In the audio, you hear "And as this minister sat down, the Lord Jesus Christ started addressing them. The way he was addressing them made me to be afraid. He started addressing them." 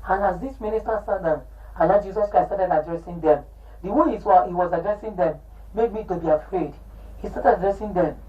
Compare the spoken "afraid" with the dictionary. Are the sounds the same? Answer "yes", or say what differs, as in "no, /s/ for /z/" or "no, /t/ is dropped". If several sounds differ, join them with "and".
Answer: yes